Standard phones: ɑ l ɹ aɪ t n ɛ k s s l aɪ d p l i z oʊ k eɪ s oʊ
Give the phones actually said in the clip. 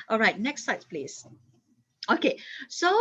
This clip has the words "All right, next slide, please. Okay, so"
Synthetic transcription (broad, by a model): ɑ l ɹ aɪ t n ɛ k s s aɪ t p l i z oʊ k eɪ s oʊ